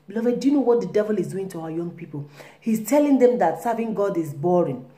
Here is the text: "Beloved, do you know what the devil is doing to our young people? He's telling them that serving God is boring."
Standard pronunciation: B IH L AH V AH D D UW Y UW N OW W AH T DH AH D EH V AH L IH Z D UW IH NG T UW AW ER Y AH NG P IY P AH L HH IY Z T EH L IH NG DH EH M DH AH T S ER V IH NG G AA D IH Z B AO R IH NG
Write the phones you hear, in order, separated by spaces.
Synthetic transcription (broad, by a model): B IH L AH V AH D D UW Y UW N OW W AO T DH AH D EH V AH L IH Z D UW IH NG T UW AW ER Y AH NG P IY P AH L HH IY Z T EH L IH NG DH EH M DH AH T S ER V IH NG G AA D IH Z B AO R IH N